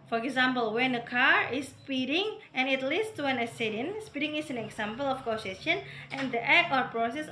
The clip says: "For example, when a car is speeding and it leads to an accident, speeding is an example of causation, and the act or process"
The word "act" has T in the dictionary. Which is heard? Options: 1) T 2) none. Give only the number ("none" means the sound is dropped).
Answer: 2